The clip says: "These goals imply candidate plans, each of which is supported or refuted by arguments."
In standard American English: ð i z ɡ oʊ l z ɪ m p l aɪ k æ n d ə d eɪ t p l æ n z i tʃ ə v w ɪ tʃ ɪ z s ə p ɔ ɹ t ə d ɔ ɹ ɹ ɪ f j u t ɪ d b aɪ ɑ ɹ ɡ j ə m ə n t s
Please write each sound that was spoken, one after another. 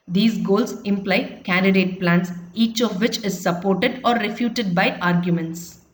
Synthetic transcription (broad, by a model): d i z ɡ oʊ l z ɪ m p l aɪ k æ n d ə d eɪ t p l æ n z i tʃ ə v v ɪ tʃ ɪ z s ə p ɔ ɹ t ə d ɔ ɹ ɹ ɪ f j u t ɪ d b aɪ ɑ ɹ ɡ j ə m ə n t s